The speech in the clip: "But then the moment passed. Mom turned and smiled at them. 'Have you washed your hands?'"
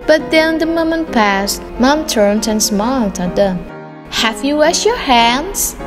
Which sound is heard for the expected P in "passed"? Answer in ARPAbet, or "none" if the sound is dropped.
P